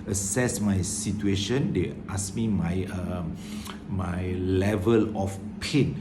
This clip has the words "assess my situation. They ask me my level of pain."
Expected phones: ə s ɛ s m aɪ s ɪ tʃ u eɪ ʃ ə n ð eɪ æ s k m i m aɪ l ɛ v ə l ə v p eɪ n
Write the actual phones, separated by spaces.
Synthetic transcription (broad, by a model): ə s ɛ s m aɪ s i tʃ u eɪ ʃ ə n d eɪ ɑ s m m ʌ m aɪ l ɛ v ə l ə f p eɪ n